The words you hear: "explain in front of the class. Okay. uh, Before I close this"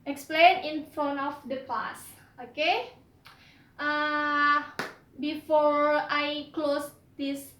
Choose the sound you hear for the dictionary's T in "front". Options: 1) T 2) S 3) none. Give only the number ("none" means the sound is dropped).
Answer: 3